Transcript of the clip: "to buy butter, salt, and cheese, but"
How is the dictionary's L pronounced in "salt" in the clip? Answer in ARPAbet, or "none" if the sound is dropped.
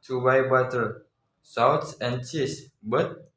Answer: W